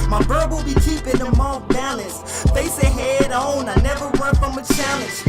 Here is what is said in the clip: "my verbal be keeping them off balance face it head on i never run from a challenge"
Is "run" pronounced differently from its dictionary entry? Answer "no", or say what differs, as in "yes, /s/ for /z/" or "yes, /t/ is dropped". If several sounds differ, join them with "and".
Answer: yes, /w/ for /ɹ/